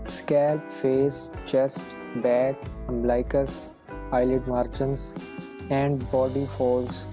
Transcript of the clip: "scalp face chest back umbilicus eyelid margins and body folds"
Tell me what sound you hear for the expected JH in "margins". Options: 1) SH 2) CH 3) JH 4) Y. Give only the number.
2